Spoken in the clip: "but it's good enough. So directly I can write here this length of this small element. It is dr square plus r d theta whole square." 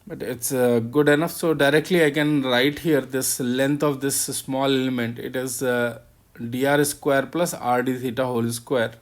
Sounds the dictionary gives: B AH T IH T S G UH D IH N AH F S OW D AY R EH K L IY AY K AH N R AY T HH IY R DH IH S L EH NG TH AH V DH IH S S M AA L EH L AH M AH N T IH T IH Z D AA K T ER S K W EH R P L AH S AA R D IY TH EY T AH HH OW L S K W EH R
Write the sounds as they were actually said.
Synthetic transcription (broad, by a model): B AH T IH T S G UH D IH N AH F S OW D AY R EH K L IY AY K AH N R AY T HH IY R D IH S L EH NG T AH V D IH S S M AA L EH L AH M AH N T IH T IH Z D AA T S K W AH R P L AH S AA R D IY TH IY T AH HH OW L S K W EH R